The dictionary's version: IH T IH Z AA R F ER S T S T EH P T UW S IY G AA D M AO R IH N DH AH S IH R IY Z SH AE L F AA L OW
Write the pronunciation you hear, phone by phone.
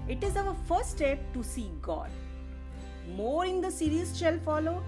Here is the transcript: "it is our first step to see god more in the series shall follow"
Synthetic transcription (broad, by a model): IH T IH Z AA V F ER T S T EH P T UW S IY G AA D M AO R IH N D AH S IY R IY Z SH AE L F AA L OW